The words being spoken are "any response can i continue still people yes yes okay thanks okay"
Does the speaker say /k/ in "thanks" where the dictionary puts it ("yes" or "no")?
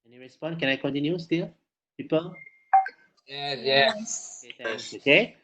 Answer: no